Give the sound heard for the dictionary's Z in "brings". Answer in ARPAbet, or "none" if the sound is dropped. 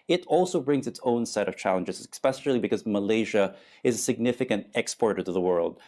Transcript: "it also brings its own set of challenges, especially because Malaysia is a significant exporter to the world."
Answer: Z